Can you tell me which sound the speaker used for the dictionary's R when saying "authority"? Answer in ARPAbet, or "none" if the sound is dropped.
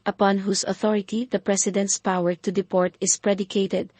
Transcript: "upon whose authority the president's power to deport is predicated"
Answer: R